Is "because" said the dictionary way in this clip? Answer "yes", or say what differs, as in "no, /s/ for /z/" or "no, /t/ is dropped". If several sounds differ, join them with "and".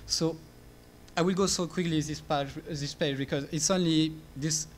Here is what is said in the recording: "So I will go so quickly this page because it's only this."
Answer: yes